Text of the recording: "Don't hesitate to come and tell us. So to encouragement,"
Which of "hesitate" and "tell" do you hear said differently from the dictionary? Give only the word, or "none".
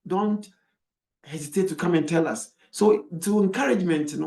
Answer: none